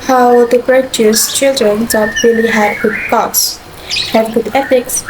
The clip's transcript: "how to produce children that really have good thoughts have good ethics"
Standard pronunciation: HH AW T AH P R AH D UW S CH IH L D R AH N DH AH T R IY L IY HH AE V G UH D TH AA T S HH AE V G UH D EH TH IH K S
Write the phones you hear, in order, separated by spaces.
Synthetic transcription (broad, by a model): HH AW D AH B R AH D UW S CH IH L D R AH N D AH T R IY L IY HH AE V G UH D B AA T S HH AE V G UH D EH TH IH K S